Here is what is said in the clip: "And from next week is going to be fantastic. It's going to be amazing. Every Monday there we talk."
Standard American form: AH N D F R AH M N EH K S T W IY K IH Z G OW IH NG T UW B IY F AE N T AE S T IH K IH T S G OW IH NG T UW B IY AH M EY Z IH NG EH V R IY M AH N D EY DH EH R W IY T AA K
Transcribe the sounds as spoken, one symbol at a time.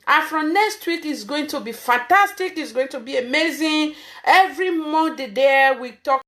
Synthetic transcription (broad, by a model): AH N F R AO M N EH K S T W IY K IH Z G OW IH NG T UW B IY F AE N T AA S T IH K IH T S G OW IH NG T UW B IY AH M EY Z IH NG EH V R IY M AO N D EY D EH W IY T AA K